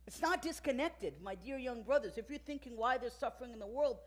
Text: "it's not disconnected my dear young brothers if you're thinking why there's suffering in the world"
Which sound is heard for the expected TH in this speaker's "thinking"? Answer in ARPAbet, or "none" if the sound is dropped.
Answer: TH